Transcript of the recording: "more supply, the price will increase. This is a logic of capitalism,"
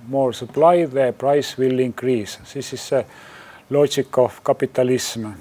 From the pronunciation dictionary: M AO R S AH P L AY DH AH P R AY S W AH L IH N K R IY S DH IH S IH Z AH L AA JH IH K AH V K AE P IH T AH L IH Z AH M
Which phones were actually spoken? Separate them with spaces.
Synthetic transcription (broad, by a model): M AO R S AH P L AY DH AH P R AY S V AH L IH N K R IY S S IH S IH S AH L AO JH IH K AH F K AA P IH T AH L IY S M